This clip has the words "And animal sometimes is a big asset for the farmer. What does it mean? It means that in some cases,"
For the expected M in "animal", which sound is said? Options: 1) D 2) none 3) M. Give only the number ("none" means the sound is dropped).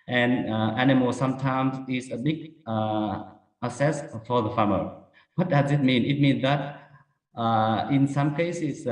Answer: 3